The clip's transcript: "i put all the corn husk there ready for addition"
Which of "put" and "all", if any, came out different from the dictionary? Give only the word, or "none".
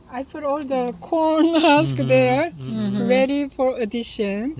put